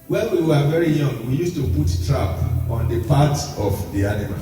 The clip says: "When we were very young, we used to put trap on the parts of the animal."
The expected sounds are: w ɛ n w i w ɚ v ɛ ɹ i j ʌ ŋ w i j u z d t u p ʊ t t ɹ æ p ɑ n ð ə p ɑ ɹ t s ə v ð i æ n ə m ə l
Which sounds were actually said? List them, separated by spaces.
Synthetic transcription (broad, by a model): w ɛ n w i w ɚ v ɛ ɹ i j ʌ ŋ w i j u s t u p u t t ɹ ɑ p ɑ n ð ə p ɑ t ə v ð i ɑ n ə m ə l